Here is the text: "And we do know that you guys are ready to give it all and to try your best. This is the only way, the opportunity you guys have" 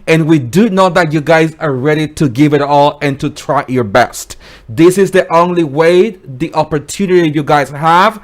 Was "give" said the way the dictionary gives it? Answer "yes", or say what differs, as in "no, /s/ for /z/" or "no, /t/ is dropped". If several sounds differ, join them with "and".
yes